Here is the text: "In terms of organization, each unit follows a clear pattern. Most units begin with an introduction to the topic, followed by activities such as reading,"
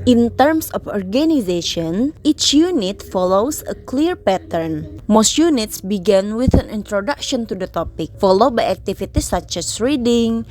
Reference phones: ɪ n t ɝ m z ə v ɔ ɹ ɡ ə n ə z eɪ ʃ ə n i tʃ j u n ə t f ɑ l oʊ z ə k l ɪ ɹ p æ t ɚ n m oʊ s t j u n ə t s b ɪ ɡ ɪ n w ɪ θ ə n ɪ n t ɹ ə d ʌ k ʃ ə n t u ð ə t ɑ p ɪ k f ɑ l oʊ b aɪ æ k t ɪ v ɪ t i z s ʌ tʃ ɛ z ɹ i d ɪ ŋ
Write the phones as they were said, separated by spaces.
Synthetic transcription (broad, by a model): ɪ n t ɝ m s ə f ɔ ɹ ɡ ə n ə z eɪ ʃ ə n i tʃ j u n ə t f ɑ l oʊ s ə k l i ɹ p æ t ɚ n m oʊ s t j u n ə t s b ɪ ɡ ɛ n w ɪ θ ə n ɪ n t ɹ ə d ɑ k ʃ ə n t u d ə t ɑ p ɪ k f ɑ l oʊ b aɪ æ k t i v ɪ t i s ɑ tʃ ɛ s ɹ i d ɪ ŋ